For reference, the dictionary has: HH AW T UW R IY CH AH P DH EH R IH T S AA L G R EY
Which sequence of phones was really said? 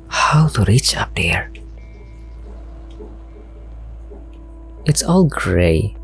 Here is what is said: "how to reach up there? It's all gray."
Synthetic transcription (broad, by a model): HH AW T UW R IY CH AH P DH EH R IH T S AA L G R EY